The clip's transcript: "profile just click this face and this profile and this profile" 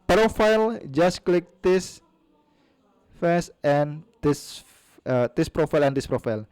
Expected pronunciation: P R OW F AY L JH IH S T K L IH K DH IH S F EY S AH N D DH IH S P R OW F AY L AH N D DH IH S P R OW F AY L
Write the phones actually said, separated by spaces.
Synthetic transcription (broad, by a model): P R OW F AY L JH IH S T K L IH K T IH S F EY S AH N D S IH S P R OW F AY L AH N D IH S P R OW F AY L